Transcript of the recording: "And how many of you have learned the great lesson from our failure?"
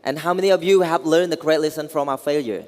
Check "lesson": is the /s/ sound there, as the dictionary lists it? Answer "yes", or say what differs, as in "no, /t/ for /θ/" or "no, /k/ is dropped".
yes